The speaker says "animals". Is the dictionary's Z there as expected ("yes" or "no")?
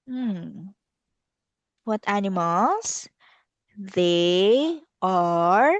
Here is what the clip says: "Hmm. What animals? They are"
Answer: no